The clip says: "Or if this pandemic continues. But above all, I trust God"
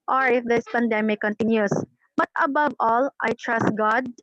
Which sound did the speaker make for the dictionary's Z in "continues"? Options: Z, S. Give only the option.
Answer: S